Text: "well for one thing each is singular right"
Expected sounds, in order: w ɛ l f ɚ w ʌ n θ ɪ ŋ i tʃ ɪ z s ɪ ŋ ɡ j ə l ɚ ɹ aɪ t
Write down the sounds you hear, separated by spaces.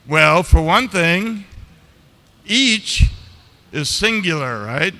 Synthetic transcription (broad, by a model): w ɛ l f ɚ w ʌ n θ ɪ ŋ i tʃ ɪ z s ɪ ŋ ɡ j l ɚ ɹ aɪ t